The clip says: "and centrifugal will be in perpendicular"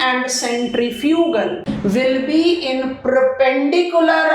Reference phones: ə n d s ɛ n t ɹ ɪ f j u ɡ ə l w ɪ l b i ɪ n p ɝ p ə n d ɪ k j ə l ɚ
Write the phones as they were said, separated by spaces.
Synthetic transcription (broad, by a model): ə n d s ɛ n t ɹ ɪ f j u ɡ ə l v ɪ l b i ɪ n p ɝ p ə n d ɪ k j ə l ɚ